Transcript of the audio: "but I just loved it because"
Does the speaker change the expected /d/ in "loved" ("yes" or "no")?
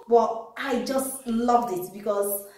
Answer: no